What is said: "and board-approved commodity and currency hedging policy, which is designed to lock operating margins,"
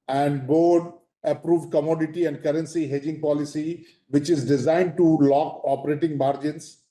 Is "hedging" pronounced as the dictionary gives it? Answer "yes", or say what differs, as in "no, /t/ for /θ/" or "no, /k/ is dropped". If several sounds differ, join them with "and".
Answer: yes